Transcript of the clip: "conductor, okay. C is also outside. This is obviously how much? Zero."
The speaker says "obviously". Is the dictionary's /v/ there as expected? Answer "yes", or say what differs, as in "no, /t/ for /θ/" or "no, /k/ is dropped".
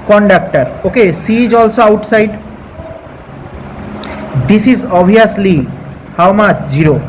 no, /v/ is dropped